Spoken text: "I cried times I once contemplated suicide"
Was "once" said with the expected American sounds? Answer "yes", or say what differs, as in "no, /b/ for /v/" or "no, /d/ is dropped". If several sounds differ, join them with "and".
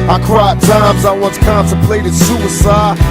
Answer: yes